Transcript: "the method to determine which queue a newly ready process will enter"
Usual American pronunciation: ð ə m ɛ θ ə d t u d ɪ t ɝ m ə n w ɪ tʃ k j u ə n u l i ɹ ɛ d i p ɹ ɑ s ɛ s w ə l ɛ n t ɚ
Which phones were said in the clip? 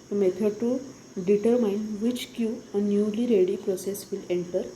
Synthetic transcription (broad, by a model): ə m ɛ t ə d t u d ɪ t ɝ m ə n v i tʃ k j u ə n u l i ɹ ɛ d i p ɹ ɑ s ɛ s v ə l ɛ n t ɚ